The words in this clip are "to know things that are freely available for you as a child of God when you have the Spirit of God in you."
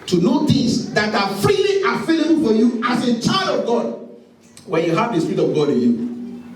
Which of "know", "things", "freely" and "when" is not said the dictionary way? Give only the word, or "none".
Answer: things